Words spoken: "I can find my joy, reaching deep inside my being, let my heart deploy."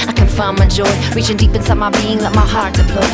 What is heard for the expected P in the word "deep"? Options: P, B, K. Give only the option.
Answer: P